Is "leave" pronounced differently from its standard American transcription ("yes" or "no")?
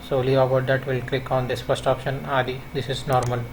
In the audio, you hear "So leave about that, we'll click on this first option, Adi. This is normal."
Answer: yes